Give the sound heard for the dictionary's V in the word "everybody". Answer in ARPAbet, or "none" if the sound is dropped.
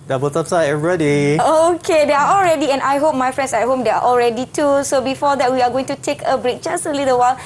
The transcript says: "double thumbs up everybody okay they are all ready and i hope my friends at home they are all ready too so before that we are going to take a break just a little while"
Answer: none